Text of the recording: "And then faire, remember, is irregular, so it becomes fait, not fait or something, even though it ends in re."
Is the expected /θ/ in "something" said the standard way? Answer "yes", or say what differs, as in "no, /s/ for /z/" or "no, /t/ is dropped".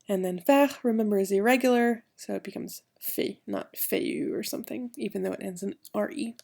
yes